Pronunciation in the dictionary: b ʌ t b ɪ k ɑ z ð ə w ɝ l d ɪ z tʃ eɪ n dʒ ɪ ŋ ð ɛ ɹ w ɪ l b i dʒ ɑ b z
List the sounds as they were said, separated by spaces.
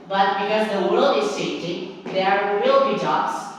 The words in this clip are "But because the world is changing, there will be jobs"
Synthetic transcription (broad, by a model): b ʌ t b ɪ k ɑ z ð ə w ɝ l d ɪ z s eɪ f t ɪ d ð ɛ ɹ w ɪ l b i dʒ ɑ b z